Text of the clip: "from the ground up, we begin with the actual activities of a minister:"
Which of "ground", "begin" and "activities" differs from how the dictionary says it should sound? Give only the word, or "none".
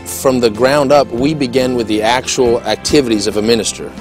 none